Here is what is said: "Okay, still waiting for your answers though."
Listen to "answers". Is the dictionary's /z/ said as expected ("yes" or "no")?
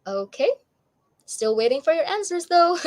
yes